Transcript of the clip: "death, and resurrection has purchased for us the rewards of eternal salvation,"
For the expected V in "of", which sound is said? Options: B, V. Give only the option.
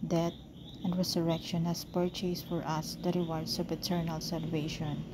B